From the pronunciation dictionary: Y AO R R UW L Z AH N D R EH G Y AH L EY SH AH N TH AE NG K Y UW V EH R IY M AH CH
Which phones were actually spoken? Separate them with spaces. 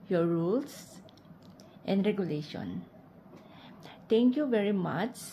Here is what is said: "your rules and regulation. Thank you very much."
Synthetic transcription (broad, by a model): Y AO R R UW L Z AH N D R EH G Y AH L EY SH AH N T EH NG K Y UW V EH R IY M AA CH